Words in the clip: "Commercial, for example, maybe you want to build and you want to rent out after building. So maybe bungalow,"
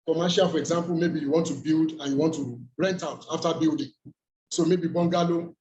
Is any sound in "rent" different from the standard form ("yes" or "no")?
no